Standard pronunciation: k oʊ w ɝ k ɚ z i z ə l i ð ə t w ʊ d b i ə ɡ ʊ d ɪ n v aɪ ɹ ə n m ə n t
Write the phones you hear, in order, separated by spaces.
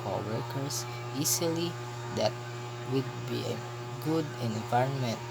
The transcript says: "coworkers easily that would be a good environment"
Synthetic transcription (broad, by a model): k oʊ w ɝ k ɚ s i s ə l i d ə t w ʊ d b i ə ɡ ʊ d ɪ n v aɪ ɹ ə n m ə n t